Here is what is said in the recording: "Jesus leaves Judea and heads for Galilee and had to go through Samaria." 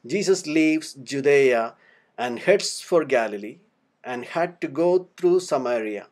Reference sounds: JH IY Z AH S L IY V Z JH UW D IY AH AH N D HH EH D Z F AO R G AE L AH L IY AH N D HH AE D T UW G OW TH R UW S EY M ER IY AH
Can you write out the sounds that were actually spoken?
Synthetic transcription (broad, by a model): JH IY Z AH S L IY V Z JH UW D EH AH AH N D HH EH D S F AO R G AE L AH L IY AH N D HH AE D T UW G OW T R UW S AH M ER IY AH